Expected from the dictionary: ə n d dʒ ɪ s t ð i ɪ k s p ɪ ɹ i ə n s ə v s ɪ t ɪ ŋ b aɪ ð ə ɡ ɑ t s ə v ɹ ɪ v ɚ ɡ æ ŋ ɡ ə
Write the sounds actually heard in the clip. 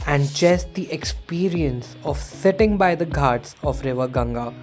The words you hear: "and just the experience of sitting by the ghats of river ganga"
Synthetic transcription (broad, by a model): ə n d tʃ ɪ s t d i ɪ k s p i ɹ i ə n s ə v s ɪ t ɪ ŋ b aɪ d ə ɡ ɑ t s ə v ɹ ɪ v ɚ ɡ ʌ ŋ ɡ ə